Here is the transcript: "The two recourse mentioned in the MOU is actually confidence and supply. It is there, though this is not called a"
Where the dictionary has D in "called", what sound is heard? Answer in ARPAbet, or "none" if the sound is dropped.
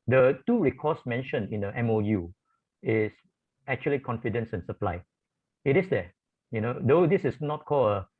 none